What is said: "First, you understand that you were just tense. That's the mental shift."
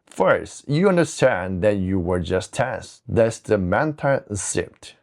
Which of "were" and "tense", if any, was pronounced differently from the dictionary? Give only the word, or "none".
tense